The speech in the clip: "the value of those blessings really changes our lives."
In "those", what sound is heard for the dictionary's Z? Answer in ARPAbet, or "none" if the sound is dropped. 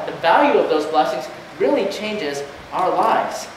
Z